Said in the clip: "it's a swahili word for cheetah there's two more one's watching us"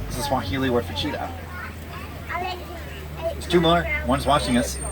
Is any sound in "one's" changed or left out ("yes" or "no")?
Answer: no